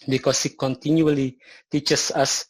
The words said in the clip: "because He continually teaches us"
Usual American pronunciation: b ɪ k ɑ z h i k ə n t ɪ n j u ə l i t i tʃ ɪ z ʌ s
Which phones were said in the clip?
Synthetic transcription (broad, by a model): b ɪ k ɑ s h i k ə n t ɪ n j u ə l i t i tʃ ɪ s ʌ s